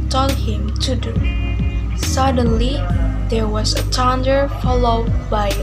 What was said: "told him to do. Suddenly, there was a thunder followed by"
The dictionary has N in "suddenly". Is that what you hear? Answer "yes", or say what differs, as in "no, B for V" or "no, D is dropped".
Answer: yes